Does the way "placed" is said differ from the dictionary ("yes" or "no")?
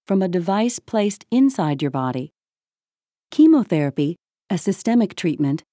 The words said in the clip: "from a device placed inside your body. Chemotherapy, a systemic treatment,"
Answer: no